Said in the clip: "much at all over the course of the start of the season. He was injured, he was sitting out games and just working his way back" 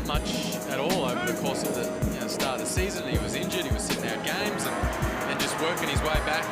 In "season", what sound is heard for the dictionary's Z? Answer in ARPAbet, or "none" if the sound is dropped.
Z